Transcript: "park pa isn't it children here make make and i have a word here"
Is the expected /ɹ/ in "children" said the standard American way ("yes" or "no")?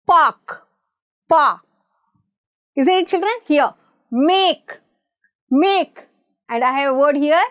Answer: yes